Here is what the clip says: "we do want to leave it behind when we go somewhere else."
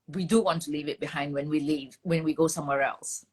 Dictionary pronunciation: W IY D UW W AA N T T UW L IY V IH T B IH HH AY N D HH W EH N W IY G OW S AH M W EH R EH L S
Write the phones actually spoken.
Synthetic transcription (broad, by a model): W IY D UW W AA N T T UW L IY V IH T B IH HH AY N D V W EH N W IY G OW S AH M W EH R EH L S